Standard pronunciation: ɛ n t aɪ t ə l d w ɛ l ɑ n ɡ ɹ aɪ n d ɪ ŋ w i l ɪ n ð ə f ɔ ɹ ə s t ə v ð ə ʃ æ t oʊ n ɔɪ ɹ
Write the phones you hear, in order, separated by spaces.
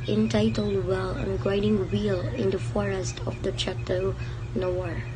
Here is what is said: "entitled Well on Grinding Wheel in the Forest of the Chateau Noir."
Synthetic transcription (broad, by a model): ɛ n t aɪ t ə l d w ɛ l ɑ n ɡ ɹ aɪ d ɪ ŋ w i l ɪ n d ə f ɔ ɹ ə s t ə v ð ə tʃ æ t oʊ n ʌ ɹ